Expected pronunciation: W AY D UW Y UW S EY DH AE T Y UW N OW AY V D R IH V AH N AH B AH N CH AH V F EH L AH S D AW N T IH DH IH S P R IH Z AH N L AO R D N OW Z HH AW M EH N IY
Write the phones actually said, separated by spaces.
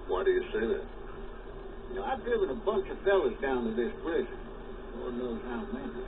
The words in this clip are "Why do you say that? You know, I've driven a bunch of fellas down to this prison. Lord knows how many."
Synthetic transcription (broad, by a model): W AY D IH Y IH S EY DH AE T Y N OW AY V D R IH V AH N AH B AH N CH AH V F EH L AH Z D AW N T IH DH IH S B R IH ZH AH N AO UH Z HH AW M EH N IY